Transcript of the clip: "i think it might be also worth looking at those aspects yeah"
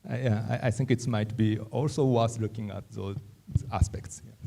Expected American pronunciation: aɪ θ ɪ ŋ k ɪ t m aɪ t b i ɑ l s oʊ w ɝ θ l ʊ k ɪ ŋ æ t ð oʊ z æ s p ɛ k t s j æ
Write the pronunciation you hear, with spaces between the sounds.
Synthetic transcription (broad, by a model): aɪ t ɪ ŋ k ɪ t m aɪ t b i ɑ l s oʊ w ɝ s l ʊ k ɪ ŋ æ t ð oʊ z æ s p ɛ k t s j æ